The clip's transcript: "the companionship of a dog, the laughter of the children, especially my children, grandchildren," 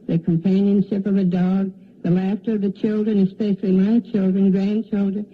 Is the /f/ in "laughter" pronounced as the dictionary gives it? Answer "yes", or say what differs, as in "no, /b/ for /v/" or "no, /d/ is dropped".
yes